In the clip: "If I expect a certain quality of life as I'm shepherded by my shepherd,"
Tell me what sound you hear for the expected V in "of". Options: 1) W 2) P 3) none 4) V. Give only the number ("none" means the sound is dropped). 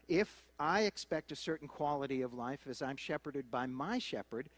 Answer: 4